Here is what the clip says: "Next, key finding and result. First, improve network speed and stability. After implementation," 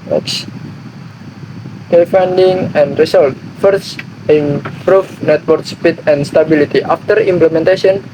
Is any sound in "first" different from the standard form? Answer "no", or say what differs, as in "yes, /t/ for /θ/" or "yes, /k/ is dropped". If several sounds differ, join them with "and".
yes, /t/ is dropped